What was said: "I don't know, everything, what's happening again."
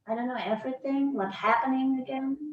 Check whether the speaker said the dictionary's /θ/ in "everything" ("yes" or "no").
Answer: yes